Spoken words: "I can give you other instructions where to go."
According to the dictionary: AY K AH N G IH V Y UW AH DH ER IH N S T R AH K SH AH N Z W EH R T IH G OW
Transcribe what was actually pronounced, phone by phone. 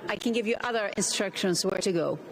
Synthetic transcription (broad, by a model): AY K AH N G IH V Y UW AH DH ER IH N S T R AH K SH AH N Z W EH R T IH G OW